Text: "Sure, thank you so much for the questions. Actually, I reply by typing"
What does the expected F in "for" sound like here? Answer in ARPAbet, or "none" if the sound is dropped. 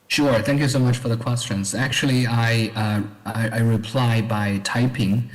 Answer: F